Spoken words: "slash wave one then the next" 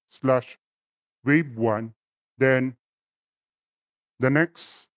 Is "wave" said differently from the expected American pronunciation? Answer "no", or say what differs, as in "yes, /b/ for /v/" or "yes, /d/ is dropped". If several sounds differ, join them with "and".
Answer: yes, /b/ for /v/